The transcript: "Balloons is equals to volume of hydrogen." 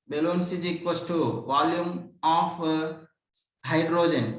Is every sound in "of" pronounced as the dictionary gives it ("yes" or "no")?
no